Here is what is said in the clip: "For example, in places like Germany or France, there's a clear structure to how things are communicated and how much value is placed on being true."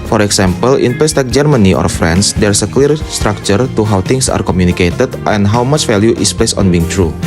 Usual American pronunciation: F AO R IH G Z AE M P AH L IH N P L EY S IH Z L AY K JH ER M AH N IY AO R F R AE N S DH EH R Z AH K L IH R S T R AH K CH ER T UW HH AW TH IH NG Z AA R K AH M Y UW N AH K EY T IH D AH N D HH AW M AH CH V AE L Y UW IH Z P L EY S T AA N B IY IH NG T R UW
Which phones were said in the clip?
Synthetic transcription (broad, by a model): F AO R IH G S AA M P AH L IH N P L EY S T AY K JH ER M AH N IY AO R F R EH N S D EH R S AH K L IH R S T R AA K CH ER T UW HH AW T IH NG S AA R K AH M Y UW N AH K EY T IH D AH N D HH AW M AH CH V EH L Y UW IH S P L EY S AA N B IY IH NG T R UW